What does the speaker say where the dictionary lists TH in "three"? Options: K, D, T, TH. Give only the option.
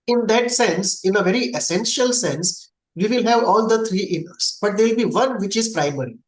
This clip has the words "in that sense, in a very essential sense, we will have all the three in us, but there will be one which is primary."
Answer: T